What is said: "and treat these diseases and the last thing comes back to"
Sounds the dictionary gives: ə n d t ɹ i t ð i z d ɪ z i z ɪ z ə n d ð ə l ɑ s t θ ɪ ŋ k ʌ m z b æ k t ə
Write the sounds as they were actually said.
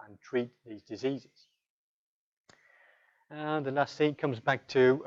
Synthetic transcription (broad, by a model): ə n t ɹ i t ð i z d ɪ z i z ɪ z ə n ð ə l ɑ s t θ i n k ʌ m z b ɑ k t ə